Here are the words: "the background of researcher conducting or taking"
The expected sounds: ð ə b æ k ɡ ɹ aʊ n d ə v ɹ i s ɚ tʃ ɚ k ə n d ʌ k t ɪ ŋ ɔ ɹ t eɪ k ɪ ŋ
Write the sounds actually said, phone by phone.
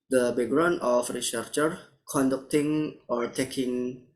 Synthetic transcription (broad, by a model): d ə b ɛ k ɡ ɹ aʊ n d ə f ɹ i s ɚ tʃ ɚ k ə n d ʌ k t ɪ ŋ ɔ ɹ t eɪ k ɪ ŋ